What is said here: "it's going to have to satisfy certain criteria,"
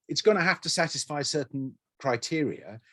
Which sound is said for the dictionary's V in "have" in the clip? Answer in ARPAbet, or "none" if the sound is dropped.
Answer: F